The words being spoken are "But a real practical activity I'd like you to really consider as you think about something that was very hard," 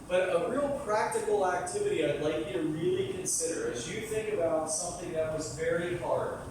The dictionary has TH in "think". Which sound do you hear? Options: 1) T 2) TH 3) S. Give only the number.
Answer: 2